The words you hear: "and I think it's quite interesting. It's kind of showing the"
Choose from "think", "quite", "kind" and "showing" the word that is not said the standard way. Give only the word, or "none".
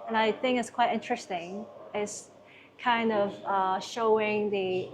none